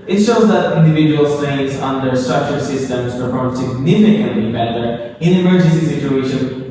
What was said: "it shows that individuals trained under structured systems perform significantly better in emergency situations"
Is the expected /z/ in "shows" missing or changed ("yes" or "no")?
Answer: no